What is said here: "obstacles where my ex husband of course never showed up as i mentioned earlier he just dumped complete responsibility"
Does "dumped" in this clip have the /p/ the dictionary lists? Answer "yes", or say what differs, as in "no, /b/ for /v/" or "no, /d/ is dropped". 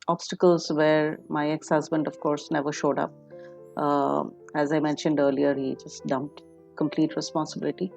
yes